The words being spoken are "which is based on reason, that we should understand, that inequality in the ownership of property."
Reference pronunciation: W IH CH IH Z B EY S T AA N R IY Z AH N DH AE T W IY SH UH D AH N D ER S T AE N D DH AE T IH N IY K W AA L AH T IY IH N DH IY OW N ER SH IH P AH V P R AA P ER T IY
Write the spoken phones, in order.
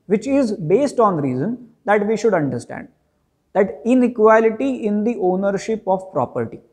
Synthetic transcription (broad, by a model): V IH CH IH Z B EY S T AA N R IY Z AH N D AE T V IY SH UH D AH N D ER S T AE N D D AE T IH N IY K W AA L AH T IY IH N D IY OW N ER SH IH P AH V P R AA P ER T IY